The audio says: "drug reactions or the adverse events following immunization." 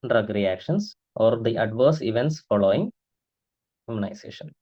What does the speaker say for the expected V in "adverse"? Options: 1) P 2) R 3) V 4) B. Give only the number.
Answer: 3